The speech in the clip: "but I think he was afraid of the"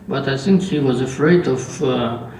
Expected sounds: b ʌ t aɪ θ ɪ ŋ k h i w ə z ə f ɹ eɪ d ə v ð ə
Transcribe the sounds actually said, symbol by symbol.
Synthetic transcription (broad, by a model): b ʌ t aɪ s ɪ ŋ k h i w ə z ə f ɹ eɪ d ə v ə